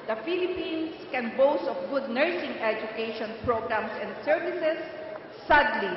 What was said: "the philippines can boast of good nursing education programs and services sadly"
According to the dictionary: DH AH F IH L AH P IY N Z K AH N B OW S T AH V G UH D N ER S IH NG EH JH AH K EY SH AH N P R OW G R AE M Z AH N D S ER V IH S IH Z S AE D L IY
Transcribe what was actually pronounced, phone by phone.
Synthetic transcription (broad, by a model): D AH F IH L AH P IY N S K AH N B OW S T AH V G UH D N ER S IH NG EH JH AH K EY SH AH N P R OW G R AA M S AH N D S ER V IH S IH S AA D L IY